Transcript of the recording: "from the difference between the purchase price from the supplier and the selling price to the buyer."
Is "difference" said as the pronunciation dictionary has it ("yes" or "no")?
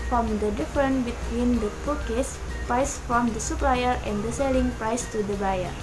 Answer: no